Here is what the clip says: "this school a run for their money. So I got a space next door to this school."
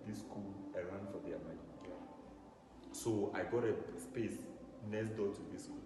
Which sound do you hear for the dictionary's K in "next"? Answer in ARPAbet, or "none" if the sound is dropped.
none